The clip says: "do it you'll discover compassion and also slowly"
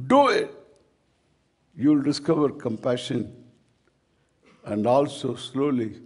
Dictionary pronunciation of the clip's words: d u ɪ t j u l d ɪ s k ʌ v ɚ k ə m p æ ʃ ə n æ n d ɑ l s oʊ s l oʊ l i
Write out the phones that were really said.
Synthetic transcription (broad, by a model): d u ɪ t j u l d ɪ s k ʌ v ɚ k ə m p æ ʃ ə n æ n d ɑ l s oʊ s l oʊ l i